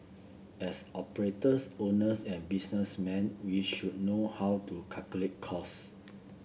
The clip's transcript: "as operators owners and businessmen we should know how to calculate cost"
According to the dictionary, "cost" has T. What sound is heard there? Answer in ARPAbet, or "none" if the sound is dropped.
none